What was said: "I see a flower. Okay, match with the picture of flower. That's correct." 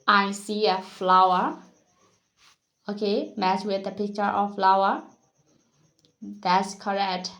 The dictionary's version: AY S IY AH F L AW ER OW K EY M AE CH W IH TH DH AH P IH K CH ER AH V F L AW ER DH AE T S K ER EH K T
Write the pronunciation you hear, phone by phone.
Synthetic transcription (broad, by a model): AY S IY AH F L AW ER OW K EY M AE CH W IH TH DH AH P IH K CH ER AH F F L AW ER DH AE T S K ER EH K T